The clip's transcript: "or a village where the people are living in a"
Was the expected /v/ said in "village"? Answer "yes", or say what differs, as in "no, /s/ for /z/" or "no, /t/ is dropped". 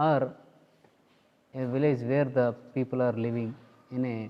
yes